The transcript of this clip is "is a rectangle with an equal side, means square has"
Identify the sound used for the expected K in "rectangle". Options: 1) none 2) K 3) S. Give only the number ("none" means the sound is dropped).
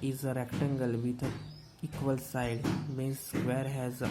2